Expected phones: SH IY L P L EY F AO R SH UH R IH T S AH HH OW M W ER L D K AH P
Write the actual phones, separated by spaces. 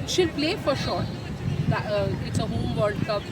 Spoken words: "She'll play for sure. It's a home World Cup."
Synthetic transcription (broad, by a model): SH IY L P L EY F AO R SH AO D IH T S AH HH OW M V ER D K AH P